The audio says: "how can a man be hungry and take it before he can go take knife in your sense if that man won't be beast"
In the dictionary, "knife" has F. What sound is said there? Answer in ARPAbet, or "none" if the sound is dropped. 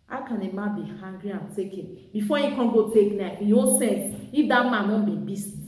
none